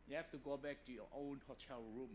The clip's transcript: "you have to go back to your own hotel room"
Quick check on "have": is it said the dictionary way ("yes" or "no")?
no